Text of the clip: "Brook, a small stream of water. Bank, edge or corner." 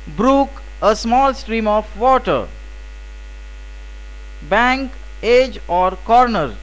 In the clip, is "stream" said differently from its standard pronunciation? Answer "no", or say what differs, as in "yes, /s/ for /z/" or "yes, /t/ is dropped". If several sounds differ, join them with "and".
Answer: no